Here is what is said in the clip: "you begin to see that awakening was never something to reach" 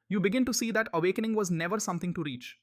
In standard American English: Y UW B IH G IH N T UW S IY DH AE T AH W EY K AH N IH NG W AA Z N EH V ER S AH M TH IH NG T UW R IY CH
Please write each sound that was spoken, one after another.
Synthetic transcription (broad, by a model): Y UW B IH G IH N T UW S IY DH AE T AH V EY K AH N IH NG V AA Z N EH V ER S AH M T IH NG T UW R IY CH